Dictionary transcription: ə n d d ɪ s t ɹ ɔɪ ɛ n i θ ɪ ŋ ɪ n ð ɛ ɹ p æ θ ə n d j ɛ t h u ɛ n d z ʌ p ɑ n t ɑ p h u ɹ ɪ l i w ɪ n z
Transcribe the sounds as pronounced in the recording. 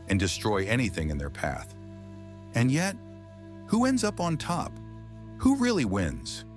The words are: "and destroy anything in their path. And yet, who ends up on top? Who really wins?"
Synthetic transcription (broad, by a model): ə n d d ɪ s t ɹ ɔɪ ɛ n i θ ɪ ŋ ɪ n ð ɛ ɹ p æ θ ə n j ɛ t h u ɛ n d z ʌ p n t ɑ p h u ɹ ɪ l i w ɪ n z